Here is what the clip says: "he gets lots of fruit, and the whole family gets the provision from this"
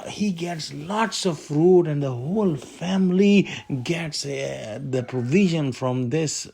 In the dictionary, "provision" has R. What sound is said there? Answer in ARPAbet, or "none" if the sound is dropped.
R